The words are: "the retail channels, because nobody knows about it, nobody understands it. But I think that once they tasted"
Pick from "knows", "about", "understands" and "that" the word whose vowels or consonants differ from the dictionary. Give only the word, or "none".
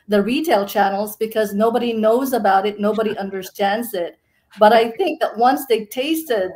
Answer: none